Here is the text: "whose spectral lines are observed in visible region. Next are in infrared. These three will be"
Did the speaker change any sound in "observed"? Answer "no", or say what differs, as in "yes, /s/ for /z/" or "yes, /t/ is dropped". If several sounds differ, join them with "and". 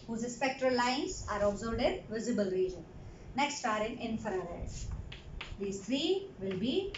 yes, /b/ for /v/